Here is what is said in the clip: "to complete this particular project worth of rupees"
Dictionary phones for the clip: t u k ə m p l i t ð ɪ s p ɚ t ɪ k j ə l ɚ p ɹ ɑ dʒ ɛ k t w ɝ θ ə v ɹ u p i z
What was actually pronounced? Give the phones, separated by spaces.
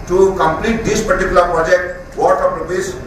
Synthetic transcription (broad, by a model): t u k ə m p l i t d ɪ s p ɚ t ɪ k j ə l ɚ p ɹ ɑ dʒ ɛ k t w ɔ t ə p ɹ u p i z